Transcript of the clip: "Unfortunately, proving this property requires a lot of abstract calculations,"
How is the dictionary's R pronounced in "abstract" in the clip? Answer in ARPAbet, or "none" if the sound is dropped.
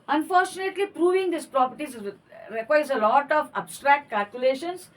R